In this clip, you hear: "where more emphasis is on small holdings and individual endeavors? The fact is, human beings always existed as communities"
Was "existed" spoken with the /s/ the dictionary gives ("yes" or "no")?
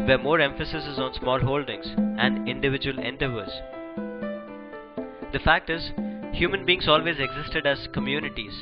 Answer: yes